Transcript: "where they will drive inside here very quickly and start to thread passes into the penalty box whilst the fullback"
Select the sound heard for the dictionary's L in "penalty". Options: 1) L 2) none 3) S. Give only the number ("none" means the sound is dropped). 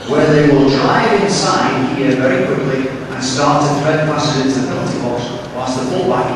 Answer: 2